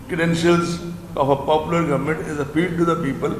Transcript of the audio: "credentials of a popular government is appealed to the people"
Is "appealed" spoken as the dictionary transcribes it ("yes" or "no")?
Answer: no